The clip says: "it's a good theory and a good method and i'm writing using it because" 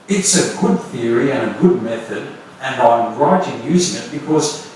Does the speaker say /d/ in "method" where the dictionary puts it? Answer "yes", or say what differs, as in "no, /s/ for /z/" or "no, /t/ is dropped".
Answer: yes